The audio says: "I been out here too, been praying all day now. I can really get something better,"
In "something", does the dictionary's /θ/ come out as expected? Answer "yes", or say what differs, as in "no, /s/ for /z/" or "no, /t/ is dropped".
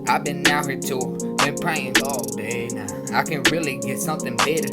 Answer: yes